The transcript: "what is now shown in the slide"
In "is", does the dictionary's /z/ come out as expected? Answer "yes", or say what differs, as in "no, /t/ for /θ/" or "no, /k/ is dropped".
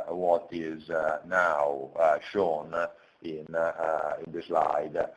yes